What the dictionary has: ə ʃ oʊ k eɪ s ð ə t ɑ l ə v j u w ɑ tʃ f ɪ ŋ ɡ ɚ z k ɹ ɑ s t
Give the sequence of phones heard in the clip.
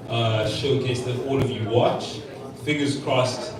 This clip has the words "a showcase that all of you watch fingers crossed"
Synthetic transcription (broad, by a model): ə ʃ oʊ k eɪ s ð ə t ɑ l ə v j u w ɑ tʃ f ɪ ɡ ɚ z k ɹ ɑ s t